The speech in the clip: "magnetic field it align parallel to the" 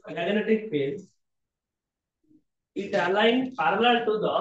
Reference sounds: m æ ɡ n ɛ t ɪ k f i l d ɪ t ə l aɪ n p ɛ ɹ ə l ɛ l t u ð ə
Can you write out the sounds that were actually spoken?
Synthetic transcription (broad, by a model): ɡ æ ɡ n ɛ t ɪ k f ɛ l ɪ t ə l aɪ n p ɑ ɹ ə l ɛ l t u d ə